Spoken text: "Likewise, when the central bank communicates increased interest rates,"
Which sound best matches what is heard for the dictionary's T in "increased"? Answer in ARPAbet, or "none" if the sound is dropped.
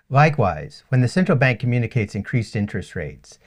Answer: T